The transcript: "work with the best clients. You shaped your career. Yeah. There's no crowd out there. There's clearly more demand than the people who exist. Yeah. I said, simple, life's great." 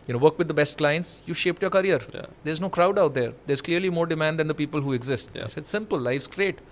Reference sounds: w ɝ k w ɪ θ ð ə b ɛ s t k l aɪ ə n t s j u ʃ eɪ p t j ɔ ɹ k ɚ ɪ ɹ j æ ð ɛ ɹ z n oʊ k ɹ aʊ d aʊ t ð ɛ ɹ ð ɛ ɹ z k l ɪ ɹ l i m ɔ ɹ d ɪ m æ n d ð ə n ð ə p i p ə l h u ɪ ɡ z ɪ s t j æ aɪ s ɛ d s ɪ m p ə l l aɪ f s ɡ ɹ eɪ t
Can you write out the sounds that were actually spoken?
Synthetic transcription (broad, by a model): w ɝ k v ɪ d ə b ɛ s t k l aɪ ə n t s j u ʃ eɪ p t j ɔ ɹ k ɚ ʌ ɹ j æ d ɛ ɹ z n oʊ k ɹ aʊ d aʊ t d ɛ ɹ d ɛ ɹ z k l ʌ ɹ l i m ɔ ɹ d ɪ m æ n d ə n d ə p i p ə l h u ɪ ɡ z ɪ s t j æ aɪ s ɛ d s ɪ m p ə l l aɪ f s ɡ ɹ eɪ t